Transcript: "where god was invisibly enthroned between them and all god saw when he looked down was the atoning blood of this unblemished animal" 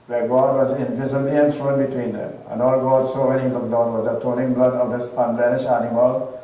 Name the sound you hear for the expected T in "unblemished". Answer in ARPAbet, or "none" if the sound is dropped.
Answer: none